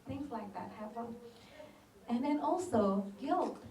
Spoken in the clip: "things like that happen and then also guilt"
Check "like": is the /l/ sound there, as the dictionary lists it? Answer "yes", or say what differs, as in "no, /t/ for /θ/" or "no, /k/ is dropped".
yes